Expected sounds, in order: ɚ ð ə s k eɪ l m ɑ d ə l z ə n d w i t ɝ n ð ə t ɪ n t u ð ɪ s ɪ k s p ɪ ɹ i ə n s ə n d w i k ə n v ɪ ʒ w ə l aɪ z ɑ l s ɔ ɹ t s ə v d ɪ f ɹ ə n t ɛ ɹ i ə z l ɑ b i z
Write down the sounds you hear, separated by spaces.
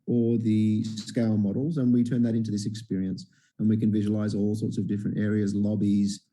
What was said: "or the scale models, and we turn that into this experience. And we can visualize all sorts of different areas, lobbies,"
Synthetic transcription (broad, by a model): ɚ ð ə s k eɪ l m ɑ d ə l z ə n w i t ɝ n ð ə t ɪ n t u ð ɪ s ɪ k s p ɪ ɹ i ə n s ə n w i k ə n v ɪ ʒ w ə l aɪ z ɑ l s ɔ ɹ t s ə v d ɪ f ɹ ə n t ɛ ɹ i ə z l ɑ b i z